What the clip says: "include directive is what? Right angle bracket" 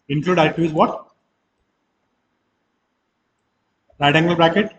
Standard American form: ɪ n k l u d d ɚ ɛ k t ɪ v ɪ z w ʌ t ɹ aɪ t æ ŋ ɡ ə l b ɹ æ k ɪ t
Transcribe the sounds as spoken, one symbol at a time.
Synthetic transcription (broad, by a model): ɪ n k l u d d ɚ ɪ t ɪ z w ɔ t ɹ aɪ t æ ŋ ɡ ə l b ɹ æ k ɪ t